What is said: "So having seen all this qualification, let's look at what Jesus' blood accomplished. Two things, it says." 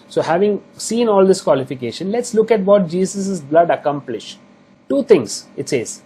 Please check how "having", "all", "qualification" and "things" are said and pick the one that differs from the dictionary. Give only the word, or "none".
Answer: things